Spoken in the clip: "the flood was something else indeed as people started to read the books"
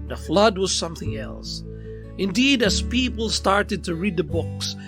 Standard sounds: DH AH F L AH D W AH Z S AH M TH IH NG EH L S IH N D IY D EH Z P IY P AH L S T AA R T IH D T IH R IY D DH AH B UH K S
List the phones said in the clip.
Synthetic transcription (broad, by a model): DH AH F L AH D W AH Z S AH M TH IH NG EH L S IH N D IY D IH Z P IY P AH L S T AA R T IH D T IH R IY D DH AH B UH K S